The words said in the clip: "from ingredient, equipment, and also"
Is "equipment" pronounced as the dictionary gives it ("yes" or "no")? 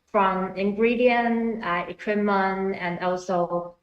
no